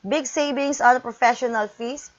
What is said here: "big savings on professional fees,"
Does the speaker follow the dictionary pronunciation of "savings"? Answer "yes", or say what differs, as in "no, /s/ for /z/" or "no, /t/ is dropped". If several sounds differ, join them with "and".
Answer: no, /s/ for /z/